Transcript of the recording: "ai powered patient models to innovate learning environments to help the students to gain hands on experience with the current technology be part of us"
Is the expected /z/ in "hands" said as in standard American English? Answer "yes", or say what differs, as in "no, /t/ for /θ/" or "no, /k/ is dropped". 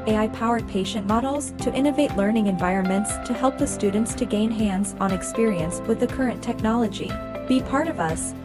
yes